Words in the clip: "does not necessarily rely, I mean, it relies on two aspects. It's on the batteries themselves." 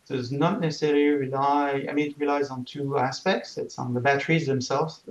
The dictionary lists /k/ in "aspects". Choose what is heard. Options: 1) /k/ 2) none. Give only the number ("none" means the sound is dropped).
1